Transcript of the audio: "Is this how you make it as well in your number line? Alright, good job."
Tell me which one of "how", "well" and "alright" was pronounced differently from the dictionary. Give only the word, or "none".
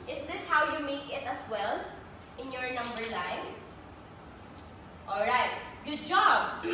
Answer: none